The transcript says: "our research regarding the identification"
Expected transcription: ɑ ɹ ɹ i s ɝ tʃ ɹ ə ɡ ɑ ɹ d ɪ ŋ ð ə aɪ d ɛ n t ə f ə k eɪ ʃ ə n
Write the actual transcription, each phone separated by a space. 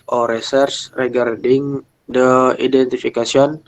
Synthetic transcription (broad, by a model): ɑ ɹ ɹ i s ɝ s ɹ ə ɡ ɑ ɹ d ɪ ŋ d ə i d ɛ n t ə f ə k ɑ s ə n